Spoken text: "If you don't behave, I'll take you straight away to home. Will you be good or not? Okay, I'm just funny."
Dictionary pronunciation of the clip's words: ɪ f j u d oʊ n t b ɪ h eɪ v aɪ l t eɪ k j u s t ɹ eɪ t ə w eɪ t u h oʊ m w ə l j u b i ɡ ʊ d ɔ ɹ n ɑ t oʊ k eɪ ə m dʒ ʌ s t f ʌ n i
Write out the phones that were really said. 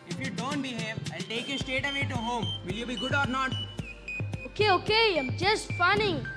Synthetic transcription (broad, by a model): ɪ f j u d oʊ n t b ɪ h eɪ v aɪ l t eɪ k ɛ s t eɪ t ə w eɪ t u h oʊ m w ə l j u b i ɡ ʊ d ɔ ɹ n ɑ t oʊ k eɪ ə m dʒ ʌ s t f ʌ n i